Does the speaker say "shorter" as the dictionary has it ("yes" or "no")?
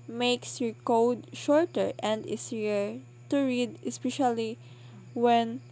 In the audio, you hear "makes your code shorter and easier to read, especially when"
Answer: yes